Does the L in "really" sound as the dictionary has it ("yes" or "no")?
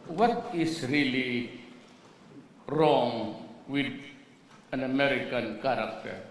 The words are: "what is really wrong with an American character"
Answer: yes